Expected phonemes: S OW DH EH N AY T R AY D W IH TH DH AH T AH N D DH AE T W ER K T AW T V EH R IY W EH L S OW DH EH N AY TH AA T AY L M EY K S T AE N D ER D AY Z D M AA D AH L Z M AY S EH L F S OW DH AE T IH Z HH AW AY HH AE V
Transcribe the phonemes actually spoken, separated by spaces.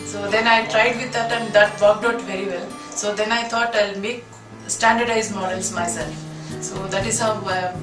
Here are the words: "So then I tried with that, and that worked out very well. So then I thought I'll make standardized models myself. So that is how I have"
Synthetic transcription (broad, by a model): S OW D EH N AY T R AY D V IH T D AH T AH N D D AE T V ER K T AW T V EH R IY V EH L S OW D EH N AY T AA T AY L M EY K S T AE N D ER D AY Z M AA D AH L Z M AY S EH L F S OW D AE T IH Z HH AW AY